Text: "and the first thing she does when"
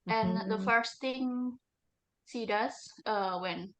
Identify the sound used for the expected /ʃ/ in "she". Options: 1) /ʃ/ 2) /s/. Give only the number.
2